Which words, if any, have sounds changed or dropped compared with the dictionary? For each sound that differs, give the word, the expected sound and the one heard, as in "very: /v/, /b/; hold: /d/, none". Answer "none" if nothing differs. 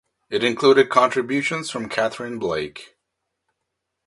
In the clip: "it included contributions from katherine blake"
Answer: none